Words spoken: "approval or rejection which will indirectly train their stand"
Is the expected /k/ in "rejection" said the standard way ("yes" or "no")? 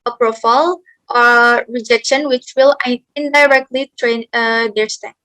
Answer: yes